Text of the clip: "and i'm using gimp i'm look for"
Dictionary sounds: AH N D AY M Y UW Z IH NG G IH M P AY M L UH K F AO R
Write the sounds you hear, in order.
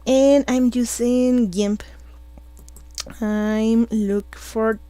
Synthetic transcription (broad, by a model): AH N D AY M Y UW S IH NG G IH M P AY M L UH K F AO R